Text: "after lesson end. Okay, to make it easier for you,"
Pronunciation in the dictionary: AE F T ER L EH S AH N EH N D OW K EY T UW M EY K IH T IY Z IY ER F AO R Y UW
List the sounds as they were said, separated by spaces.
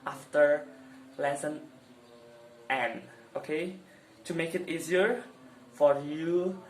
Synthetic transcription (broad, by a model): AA F T ER L EH S AH N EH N OW K EY T UW M EY K IH T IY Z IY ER F AO R Y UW